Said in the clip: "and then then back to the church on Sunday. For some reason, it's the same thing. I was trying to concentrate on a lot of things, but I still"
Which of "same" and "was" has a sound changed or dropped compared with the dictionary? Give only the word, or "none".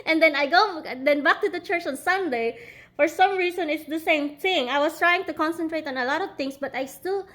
was